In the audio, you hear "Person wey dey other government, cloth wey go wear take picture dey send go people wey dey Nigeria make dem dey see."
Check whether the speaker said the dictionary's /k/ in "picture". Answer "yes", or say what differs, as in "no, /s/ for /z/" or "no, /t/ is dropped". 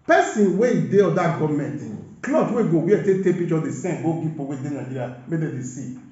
no, /k/ is dropped